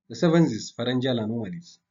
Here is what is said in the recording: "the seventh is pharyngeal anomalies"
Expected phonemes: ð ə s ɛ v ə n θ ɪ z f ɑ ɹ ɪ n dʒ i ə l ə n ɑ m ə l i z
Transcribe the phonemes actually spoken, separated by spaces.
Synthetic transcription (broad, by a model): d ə s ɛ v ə n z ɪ s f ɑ ɹ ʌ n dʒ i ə l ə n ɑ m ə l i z